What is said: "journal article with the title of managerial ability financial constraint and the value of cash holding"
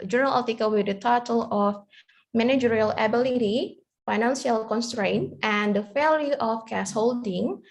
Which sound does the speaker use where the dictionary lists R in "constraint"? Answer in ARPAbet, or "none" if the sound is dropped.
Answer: R